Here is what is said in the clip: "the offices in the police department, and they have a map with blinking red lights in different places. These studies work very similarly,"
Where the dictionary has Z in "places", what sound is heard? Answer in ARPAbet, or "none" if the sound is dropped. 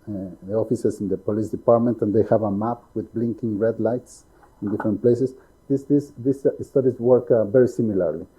S